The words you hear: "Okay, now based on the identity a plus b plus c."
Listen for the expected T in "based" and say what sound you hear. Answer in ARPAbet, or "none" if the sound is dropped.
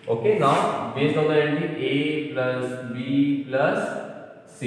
none